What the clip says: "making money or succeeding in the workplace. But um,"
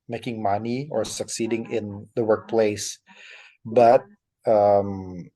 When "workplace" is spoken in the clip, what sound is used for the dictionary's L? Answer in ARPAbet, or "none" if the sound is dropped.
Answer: L